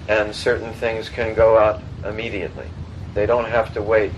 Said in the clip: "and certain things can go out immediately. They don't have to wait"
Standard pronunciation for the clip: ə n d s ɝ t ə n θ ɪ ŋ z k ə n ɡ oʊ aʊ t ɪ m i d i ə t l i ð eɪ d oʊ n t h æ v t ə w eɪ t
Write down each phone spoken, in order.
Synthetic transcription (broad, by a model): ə n s ɝ t n θ ɪ ŋ z k ə n ɡ oʊ aʊ t ɪ m i d i ə t l i ð eɪ d oʊ n t h æ f t ə w eɪ t